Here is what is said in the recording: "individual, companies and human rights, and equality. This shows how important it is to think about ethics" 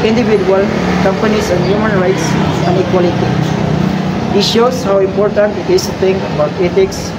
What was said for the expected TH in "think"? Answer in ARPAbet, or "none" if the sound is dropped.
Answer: T